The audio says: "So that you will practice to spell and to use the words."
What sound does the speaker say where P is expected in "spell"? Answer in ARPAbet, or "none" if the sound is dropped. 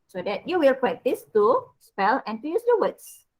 P